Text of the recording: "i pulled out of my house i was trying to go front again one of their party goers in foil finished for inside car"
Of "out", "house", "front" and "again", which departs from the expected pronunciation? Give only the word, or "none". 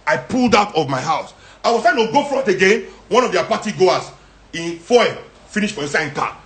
front